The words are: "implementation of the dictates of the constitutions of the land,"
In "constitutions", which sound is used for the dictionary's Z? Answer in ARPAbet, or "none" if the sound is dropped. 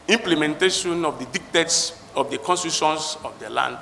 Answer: S